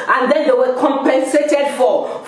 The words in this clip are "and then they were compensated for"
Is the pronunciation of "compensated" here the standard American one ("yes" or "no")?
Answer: yes